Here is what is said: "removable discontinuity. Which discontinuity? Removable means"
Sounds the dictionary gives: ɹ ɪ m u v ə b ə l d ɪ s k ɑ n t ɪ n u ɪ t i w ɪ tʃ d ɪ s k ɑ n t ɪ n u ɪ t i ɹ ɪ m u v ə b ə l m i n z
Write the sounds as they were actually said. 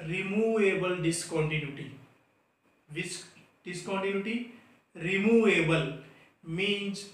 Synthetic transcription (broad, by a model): ɹ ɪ m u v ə b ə l d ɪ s k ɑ n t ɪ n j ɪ t i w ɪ s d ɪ s k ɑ n t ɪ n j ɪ t i ɹ ɪ m u v ə b ə l m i n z